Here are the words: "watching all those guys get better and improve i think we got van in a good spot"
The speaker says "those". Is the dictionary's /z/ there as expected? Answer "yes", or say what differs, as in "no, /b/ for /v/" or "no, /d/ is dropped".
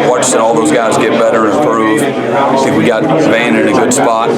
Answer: yes